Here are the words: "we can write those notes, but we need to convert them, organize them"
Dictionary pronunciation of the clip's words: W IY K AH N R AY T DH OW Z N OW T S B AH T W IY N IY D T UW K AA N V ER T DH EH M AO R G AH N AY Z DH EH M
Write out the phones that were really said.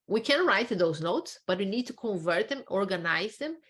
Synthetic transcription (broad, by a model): W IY K AH N R AY T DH OW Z N OW T S B AH T W IY N IY D T UW K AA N V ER T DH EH M AO R G AH N AY Z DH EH M